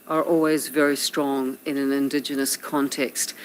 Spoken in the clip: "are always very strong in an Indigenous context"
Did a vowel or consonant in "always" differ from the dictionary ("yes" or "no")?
no